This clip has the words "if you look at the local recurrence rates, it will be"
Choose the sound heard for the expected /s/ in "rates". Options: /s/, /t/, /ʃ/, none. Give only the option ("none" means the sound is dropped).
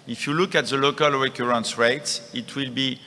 /s/